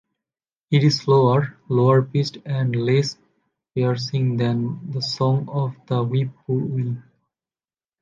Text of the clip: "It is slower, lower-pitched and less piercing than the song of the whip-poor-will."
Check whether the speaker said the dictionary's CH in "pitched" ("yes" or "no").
no